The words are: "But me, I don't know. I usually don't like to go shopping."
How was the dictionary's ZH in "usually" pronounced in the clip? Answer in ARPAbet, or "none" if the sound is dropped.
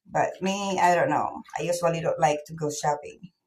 S